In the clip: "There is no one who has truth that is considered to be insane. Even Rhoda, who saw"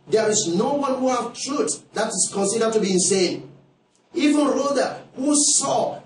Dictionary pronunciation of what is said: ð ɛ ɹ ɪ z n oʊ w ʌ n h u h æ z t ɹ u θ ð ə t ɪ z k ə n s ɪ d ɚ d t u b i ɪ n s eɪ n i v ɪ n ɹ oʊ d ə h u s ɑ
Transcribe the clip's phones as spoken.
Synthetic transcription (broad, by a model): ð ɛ ɹ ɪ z n oʊ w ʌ n h u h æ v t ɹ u t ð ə t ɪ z k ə n s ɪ d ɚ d t u b i ɪ n s eɪ n i v ɪ n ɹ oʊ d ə h u s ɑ